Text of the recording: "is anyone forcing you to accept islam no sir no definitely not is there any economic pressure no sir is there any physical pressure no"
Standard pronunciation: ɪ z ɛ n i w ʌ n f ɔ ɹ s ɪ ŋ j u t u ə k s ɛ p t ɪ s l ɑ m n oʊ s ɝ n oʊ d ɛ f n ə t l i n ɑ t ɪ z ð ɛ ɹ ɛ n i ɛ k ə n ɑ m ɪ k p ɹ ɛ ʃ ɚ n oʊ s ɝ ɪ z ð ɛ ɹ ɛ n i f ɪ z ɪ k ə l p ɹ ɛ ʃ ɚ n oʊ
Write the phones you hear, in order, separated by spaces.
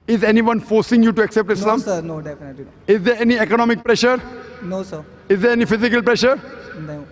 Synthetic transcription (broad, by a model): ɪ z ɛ n i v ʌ n f ɔ ɹ s ɪ ŋ j u t u ə k s ɛ p t ɪ s l ɑ m n oʊ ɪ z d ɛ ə t i n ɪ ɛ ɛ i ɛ k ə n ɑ m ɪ k p ɹ ɛ ʃ ɚ n oʊ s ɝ ɪ z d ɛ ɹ ɛ n i f ɪ z ɪ k ə l p ɹ ɛ ʃ ɚ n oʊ